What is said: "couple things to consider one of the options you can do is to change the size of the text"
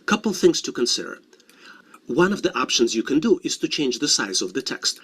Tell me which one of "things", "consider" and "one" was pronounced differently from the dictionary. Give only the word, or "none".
none